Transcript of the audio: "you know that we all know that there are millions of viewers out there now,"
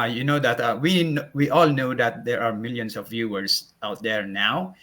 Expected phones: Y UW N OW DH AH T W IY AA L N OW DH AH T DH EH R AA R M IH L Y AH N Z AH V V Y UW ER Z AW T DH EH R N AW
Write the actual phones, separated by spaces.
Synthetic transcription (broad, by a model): Y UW N OW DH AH T W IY AA L N OW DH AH T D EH R AA R M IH L Y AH N S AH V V Y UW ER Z AW T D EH R N AW